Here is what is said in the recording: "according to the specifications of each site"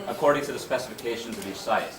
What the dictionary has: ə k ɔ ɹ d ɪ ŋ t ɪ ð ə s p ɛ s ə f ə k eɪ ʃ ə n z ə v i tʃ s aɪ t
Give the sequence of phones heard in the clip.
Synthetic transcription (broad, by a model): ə k ɔ ɹ d ɪ ŋ t ɪ ð ə s p ɛ s ə f ə k eɪ ʃ ə n z ə v i tʃ s aɪ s